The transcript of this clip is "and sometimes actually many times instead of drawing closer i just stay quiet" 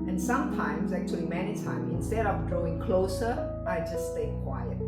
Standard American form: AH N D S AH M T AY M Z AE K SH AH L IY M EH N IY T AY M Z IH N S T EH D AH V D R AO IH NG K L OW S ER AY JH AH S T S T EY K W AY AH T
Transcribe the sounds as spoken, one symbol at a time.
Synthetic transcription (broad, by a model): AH N S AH M T AY M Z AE K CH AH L IY M EH N IY T AY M IH N S T EH D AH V D R AO IH NG K L OW S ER AY JH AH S S T EY K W AY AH T